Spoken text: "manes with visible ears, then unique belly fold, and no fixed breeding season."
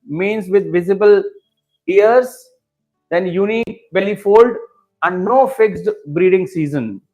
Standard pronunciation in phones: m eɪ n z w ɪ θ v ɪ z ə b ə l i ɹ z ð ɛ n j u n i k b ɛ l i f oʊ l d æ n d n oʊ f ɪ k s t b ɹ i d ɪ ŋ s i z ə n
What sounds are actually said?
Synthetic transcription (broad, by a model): m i n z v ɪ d v ɪ z ə b ə l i ɹ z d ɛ n j u n i k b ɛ l i f oʊ l d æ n d n oʊ f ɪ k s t b ɹ i d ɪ ŋ s i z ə n